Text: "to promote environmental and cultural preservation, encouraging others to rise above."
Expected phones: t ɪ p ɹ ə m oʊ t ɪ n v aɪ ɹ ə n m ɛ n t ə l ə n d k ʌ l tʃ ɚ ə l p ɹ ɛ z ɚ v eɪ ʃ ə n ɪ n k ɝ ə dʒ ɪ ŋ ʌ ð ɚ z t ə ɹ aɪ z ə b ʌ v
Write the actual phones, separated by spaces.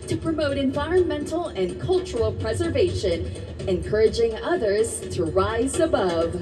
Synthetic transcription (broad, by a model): t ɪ p ɹ ə m oʊ t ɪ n v aɪ ɹ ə n m ɛ n t l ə n k ʌ l tʃ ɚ l p ɹ ɛ z ɚ v eɪ ʃ ə n ɪ n k ɝ ə dʒ ɪ ŋ ʌ ð ɚ z t ə ɹ aɪ z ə b ʌ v